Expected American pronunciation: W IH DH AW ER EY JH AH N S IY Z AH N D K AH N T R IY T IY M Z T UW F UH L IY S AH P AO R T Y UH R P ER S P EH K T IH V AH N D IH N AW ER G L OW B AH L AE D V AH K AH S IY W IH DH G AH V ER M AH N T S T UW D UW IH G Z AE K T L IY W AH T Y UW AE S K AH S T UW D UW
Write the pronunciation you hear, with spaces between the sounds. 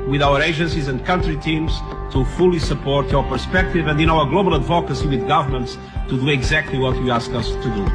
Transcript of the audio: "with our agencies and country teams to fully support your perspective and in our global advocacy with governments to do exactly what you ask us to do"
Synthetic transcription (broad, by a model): W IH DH AW ER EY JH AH N S IY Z AH N D K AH N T R IY T IY M Z T UW F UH L IY S AH P AO R T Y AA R P ER S P EH K T IH V AH N D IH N AW ER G L OW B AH L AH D V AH K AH S IY W IH DH G AH V ER M AH N T S T UW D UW IH G Z AE K T L IY W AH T Y UW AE S K AH S T UW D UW